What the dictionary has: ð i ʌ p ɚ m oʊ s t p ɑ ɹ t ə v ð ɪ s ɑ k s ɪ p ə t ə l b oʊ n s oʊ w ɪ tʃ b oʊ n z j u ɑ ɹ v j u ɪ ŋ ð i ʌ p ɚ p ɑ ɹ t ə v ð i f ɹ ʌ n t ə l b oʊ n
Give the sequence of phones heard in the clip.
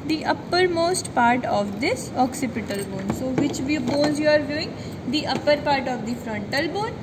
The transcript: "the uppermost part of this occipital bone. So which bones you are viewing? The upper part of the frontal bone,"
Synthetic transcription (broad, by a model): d i ʌ p ɚ m oʊ s t p ɑ ɹ t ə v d ɪ s ɑ k s ɪ p ə t ə l b oʊ n s oʊ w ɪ tʃ b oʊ n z j u ɑ ɹ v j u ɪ ŋ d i ʌ p ɚ p ɑ ɹ t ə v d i f ɹ ʌ n t ə l b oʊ n